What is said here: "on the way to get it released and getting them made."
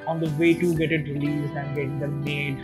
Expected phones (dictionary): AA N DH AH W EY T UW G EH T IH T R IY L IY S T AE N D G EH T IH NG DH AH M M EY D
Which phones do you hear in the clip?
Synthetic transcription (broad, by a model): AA N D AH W EY T UW G EH T IH T R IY L IY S AE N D G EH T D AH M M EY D